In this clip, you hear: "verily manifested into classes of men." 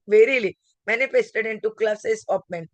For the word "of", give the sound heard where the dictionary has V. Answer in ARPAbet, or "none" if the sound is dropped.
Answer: P